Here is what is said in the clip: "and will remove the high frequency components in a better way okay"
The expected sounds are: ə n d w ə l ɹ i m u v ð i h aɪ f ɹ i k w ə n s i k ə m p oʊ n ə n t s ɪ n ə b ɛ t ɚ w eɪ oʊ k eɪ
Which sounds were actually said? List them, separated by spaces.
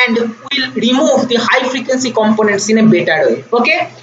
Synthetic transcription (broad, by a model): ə n d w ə l ɹ i m u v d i h aɪ f ɹ i k w ə n s i k ə m p oʊ n ə n t s ɪ n ə b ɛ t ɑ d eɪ oʊ k eɪ